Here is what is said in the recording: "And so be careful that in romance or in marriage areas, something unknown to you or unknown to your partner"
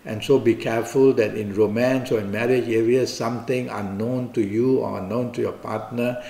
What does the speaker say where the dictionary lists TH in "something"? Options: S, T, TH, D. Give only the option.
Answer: T